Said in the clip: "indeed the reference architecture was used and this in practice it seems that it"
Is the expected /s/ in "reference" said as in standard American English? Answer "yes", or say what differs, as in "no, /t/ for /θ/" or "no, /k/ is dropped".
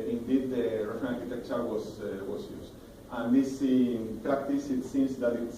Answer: no, /s/ is dropped